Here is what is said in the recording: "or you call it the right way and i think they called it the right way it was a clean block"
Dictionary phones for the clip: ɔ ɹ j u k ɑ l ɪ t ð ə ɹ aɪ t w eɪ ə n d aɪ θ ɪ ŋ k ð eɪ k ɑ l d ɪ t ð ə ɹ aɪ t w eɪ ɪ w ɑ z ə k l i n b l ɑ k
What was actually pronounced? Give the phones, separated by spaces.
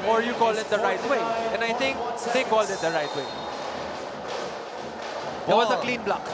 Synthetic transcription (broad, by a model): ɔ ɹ j u k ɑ l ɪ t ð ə ɹ aɪ t w eɪ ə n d aɪ t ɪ ŋ k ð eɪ k ɑ l d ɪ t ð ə ɹ aɪ t w eɪ ɪ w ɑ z ə k l i n b l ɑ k